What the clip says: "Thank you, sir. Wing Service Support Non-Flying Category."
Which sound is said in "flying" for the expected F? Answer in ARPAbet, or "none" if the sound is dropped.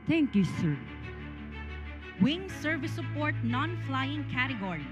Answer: F